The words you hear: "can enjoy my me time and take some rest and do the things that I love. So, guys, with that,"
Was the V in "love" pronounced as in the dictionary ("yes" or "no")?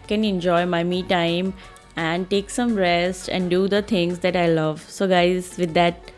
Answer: yes